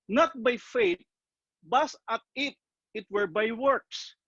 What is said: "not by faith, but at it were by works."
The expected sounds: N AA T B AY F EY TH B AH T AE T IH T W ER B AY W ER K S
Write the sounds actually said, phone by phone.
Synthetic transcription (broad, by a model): N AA T B AY F EY T B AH T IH T IH T W ER B AY W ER K S